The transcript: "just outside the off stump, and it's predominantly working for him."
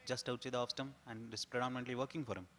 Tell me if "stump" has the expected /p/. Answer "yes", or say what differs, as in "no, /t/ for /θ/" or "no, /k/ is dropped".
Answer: no, /p/ is dropped